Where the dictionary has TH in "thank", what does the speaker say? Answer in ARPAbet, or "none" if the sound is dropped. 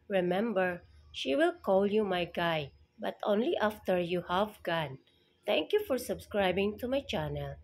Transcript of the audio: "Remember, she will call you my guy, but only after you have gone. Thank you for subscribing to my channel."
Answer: T